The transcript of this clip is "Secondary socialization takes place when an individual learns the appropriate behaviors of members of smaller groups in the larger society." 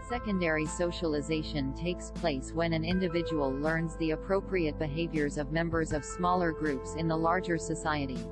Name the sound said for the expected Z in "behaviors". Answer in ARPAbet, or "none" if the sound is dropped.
Z